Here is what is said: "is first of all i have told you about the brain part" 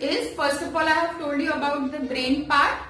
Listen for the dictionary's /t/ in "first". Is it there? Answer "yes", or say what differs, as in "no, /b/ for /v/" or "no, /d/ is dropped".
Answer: no, /t/ is dropped